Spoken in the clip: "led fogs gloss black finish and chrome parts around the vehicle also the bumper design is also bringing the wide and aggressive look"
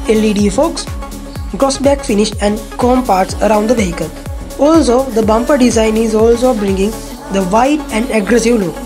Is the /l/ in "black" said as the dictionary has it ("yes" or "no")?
no